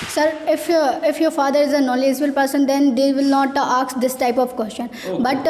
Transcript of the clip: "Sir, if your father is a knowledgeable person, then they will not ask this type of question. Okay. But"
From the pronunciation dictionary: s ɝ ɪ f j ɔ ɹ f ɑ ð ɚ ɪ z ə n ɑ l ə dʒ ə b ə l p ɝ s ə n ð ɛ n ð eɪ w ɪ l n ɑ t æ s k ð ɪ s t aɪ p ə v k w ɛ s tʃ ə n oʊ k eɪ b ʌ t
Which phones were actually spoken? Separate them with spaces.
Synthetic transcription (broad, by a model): s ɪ ɪ f j ɔ ɹ f ɑ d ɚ ɪ z ə n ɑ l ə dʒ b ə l p ɝ s ə n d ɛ n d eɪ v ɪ l n ɑ t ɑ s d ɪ s t aɪ p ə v k w ɛ s tʃ ə n b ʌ t